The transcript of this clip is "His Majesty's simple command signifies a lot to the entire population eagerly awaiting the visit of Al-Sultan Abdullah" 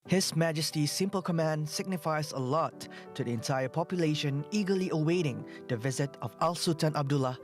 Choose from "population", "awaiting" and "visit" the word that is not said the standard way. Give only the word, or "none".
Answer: none